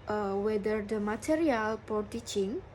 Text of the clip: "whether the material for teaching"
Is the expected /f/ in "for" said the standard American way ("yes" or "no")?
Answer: no